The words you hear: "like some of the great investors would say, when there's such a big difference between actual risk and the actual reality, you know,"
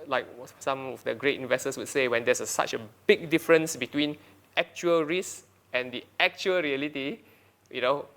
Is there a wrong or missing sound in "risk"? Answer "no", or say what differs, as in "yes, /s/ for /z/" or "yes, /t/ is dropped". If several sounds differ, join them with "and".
yes, /k/ is dropped